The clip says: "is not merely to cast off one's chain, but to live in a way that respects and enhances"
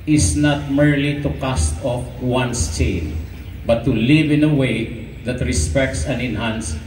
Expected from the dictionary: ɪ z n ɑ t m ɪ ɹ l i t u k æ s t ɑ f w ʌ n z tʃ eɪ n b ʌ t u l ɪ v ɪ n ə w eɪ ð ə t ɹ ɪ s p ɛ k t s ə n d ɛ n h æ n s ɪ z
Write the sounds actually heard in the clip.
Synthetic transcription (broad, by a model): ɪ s n ɑ t m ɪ ɹ l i t u k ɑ s t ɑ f w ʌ n s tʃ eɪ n b ʌ t u l ɪ v ɪ n ə w eɪ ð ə t ɹ ɪ s p ɛ k t s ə n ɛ n h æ n s